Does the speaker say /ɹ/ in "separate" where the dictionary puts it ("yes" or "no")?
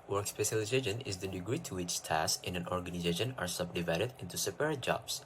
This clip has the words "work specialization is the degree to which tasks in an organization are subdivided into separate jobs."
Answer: no